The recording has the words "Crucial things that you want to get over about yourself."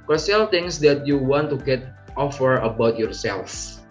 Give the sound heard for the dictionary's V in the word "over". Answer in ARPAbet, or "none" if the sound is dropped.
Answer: F